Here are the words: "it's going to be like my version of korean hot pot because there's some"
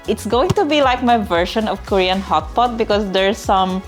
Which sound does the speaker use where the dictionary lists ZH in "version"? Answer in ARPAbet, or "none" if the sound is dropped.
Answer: SH